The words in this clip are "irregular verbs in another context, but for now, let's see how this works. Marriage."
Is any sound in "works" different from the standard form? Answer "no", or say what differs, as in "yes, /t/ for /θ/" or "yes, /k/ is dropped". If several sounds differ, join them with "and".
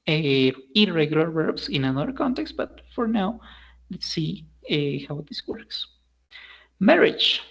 no